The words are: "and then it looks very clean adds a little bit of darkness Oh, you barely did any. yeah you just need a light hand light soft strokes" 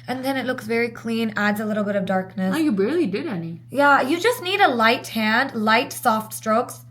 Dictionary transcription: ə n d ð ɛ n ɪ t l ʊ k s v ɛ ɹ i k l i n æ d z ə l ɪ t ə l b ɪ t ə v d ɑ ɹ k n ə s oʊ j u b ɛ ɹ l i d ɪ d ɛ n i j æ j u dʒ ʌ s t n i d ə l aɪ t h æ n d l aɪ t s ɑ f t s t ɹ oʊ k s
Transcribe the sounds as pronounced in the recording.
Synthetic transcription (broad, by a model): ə n ð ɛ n ɪ t l ʊ k s v ɛ ɹ i k l i n æ d z ə l ɪ t l b ɪ t ə v d ɑ ɹ k n ə s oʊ j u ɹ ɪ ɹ l i d ɪ d ɛ n i j æ j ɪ dʒ ʌ s t n i d ə l aɪ t h æ n d l aɪ t s ɑ f t s t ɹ oʊ k s